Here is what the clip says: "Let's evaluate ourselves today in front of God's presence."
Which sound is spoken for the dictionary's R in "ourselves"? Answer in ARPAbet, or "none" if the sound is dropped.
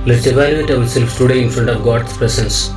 L